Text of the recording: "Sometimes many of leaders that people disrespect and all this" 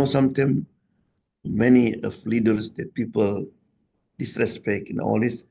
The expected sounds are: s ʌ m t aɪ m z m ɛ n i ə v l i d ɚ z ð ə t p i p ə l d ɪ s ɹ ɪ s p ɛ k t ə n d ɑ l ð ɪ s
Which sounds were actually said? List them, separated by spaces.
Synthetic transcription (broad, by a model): s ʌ m t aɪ m m ɛ n i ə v l i d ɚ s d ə t p i p ə l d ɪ s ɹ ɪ s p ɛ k ə n ɑ l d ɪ s